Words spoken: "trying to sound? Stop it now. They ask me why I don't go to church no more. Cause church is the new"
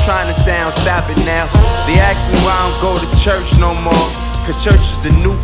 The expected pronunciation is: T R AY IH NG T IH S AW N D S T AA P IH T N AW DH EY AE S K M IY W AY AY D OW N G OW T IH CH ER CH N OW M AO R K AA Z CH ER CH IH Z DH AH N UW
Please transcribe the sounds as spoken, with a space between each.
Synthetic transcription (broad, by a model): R AY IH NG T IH S AW N D S T AA P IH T N AW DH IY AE K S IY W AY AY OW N G OW T IH CH ER CH N OW M AO R K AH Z CH ER CH IH Z DH AH N UW